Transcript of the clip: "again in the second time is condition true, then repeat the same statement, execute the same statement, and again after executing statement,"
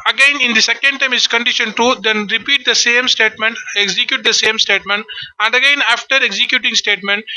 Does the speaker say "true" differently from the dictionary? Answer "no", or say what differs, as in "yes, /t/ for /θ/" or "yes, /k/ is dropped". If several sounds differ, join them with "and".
yes, /ɹ/ is dropped